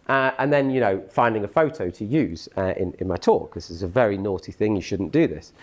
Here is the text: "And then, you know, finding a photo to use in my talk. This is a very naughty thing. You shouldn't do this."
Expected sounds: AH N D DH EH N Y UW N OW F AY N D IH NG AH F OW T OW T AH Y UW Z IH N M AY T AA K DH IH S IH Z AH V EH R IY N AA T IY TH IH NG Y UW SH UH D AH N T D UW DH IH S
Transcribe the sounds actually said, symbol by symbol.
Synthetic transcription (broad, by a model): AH N DH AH N Y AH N OW F AY N D IH NG AH F OW T OW T AH Y UW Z IH N M AY T AA K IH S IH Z AH V EH R IY N AA T IY TH IH NG Y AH SH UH D N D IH DH IH S